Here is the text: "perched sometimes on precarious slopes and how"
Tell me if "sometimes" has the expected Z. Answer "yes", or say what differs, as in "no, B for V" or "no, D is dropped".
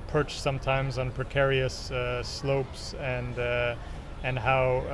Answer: yes